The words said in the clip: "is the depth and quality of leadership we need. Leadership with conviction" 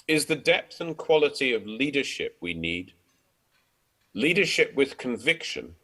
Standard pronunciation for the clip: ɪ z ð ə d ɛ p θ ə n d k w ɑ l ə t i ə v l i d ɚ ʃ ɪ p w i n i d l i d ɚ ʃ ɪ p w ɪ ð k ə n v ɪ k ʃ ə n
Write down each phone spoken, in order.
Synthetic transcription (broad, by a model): ɪ z ð ə d ɛ p θ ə n k w ɑ l ə t i ə v l i d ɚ ʃ ɪ p w i n i d l i d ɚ ʃ ɪ p w ɪ ð k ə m v ɪ k ʃ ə n